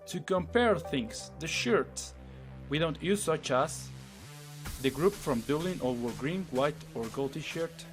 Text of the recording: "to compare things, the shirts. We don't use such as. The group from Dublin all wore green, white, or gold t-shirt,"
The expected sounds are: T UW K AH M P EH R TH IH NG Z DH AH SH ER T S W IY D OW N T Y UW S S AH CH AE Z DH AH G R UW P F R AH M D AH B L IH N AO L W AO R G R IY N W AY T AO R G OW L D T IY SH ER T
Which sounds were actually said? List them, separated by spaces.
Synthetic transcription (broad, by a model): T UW K AH M P EH R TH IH NG S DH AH SH ER T S W IY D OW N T Y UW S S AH CH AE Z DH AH G R UW P F R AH M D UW L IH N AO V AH R G R IY N W AY T AO R G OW L T IY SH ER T